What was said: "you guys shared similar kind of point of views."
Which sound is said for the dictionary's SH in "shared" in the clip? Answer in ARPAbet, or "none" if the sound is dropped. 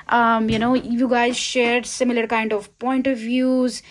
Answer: SH